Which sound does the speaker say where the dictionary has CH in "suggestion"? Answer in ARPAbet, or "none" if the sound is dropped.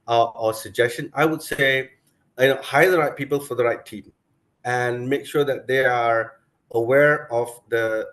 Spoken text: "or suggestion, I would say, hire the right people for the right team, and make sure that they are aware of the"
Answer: CH